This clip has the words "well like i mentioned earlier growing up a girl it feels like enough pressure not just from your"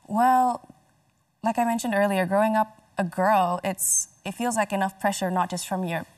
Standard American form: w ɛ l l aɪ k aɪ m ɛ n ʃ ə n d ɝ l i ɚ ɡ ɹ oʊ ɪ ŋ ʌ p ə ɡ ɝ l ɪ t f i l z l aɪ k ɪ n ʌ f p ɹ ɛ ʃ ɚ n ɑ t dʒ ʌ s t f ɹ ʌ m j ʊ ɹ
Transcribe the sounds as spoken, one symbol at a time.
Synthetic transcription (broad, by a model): w ɛ l l aɪ k aɪ m ɛ n ʃ ə n d ɝ l i ɚ ɡ ɹ oʊ ɪ ŋ ʌ p ə ɡ ɝ l ɪ t f i l z l aɪ k ɪ n ʌ f p ɹ ɛ ʃ ɚ n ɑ t dʒ ʌ s t f ɹ ʌ m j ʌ ɹ